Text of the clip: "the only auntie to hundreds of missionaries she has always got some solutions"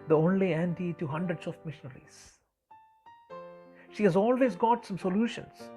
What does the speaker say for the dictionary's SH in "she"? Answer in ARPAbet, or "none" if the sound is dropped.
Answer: SH